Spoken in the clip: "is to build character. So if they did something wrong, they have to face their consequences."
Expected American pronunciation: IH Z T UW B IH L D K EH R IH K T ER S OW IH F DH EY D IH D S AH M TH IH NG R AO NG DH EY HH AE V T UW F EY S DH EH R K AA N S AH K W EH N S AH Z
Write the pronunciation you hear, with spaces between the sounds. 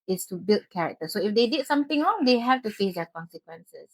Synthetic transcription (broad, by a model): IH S T UW B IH L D K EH R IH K T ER S OW IH F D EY D IH D S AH M T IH NG R AO NG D EY HH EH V T UW F EY S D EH K AA N S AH K W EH N S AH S